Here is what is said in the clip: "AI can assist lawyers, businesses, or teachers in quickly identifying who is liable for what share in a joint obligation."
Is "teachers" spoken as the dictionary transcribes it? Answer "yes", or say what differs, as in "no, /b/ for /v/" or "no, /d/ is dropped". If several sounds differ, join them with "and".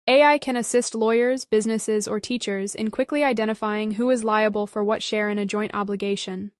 yes